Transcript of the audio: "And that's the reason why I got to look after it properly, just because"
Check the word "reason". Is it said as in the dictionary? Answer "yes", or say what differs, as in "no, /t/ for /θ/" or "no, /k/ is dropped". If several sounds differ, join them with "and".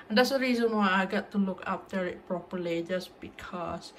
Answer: yes